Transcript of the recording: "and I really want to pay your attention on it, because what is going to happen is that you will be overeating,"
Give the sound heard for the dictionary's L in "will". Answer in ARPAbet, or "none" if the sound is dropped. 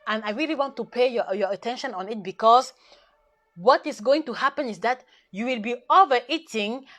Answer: L